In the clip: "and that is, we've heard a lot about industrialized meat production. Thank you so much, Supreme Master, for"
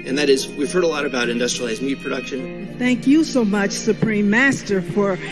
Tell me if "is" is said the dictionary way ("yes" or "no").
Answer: yes